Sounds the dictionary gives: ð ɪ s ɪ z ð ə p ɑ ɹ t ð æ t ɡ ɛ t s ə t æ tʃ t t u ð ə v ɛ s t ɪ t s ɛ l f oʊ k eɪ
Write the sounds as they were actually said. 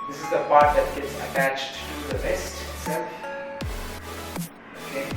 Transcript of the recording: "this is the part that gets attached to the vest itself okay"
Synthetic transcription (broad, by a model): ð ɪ s ɪ z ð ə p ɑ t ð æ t ɡ ɛ t s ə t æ tʃ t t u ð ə b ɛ s t ɪ t s ɛ l f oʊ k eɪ